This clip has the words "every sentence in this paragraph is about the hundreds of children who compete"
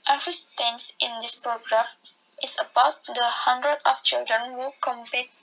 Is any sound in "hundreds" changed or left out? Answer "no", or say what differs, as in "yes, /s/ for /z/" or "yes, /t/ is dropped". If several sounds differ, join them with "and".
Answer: yes, /z/ is dropped